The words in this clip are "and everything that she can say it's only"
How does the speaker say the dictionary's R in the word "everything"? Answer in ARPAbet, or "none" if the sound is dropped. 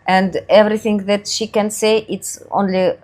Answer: R